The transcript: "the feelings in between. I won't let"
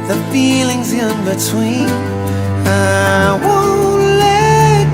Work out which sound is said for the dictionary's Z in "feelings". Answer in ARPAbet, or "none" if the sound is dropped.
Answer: Z